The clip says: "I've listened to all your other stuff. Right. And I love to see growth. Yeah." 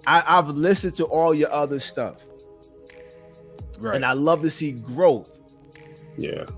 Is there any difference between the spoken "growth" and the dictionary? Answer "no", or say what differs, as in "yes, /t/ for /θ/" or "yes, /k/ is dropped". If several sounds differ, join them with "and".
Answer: no